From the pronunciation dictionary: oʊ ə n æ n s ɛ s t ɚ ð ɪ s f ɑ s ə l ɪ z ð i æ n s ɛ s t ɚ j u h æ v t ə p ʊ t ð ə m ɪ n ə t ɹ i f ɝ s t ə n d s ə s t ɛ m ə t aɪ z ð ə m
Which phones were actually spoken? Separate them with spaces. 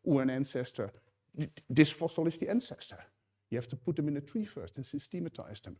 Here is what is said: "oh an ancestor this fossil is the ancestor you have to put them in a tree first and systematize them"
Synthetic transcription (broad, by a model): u ə n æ n s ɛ s t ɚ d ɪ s f ɑ s ə l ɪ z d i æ n s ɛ s t ɚ j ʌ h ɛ f t ə p ʊ t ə m ɪ n ə t ɹ i f ɝ s t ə n s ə s t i m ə t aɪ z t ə m